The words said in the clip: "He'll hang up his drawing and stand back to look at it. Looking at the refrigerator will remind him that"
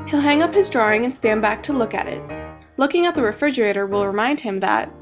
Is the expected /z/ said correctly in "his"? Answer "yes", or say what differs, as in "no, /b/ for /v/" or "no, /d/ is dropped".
yes